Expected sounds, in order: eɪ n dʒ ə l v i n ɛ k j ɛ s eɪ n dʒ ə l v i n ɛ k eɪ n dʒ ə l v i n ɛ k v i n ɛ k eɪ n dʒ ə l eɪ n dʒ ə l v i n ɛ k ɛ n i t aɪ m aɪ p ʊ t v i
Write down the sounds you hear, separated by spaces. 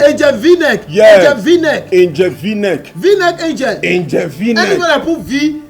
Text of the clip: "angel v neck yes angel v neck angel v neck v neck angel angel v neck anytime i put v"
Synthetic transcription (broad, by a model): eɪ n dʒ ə v i n ɛ k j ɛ eɪ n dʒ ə v i n ɛ k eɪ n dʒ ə v i n ɛ k v i n ɛ k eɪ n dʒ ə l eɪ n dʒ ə v i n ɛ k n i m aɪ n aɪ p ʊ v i